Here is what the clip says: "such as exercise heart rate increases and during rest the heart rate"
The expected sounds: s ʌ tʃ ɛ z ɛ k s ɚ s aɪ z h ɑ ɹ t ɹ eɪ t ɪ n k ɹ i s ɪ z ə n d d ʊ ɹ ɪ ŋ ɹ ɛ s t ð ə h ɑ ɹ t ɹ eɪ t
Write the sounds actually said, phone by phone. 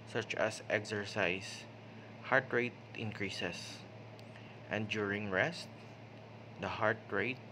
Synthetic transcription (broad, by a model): s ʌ tʃ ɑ s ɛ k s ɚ s aɪ s h ɑ ɹ t ɹ eɪ t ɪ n k ɹ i s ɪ s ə n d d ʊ ɹ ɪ ŋ ɹ ɛ s t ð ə h ɑ ɹ t ɹ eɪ t